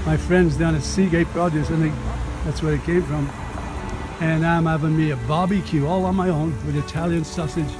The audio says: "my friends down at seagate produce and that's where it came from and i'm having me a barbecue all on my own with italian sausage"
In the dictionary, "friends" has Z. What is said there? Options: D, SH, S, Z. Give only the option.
Z